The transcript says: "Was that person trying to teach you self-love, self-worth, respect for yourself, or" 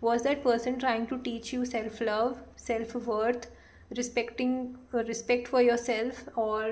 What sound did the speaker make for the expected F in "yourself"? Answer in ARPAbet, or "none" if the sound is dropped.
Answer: F